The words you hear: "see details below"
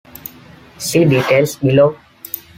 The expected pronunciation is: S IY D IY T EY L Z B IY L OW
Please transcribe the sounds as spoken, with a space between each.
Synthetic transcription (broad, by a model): S IY D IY T EY L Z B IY L OW